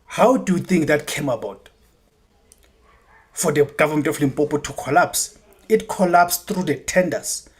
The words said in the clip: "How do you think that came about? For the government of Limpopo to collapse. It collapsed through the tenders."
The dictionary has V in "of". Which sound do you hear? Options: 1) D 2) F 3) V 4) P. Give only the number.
2